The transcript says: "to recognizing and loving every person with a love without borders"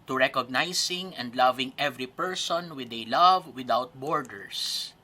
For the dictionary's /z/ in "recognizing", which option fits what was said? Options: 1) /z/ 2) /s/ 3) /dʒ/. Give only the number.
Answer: 2